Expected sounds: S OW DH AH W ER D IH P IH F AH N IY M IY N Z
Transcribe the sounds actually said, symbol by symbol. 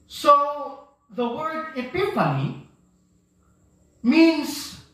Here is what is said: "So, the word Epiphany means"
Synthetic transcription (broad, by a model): S OW DH AH W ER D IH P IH P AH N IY M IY N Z